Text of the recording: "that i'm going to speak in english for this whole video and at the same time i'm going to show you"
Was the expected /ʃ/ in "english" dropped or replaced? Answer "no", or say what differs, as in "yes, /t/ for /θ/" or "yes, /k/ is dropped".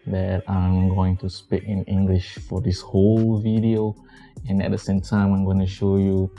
no